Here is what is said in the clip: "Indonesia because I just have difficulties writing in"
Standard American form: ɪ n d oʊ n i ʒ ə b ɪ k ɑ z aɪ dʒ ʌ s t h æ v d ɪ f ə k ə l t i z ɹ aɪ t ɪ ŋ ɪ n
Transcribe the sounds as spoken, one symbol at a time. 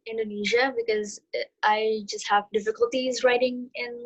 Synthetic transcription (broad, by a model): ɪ n d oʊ n i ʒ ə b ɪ k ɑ z aɪ dʒ ʌ s t h æ v d ɪ f ə k ə l t i z ɹ aɪ t ɪ ŋ ɪ n